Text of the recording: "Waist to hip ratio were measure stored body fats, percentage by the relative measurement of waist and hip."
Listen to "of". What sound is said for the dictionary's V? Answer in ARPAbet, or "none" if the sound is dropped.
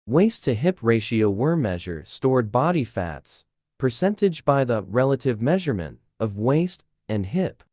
V